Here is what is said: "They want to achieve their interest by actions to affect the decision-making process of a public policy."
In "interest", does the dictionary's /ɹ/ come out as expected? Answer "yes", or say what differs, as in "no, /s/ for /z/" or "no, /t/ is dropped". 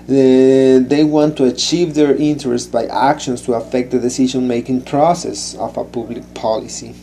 yes